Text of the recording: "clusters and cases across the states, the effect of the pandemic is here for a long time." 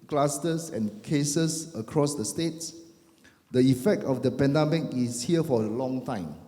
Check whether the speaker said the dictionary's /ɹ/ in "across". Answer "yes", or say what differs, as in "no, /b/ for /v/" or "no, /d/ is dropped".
yes